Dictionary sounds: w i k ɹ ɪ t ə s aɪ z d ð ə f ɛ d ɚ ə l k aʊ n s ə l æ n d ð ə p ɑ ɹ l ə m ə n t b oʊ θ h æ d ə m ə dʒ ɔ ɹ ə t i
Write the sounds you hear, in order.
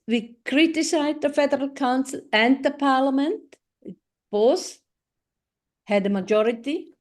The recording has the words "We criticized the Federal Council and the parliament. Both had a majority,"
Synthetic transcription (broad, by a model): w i k ɹ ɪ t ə s aɪ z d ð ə f ɛ d ɚ ə l k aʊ n s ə l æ n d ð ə p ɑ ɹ l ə m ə n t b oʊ s h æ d ə m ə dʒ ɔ ɹ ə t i